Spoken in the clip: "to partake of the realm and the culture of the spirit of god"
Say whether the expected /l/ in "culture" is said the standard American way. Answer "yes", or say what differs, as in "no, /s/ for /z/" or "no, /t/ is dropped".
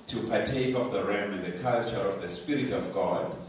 yes